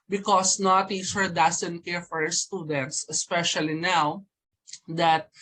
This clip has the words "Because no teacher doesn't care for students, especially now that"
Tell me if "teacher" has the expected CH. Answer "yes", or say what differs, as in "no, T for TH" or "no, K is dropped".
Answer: no, S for CH